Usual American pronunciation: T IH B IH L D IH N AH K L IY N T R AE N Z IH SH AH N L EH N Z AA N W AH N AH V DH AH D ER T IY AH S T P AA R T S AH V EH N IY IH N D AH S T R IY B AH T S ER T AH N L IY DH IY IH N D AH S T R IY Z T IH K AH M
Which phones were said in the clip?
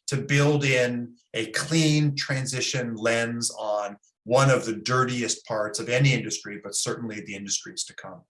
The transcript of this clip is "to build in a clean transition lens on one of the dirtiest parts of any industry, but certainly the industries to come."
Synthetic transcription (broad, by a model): T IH B IH L D IH N AH K L IY N T R AE N Z IH SH AH N L EH N Z N W AH N AH V DH AH D ER T IY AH S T P AA R T S AH V EH N IY IH N D AH S T R IY B AH T S ER T N L IY DH IY IH N D AH S T R IY Z T IH K AH M